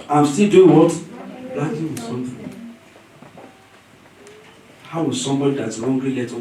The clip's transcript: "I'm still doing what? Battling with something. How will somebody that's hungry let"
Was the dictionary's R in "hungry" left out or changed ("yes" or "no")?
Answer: yes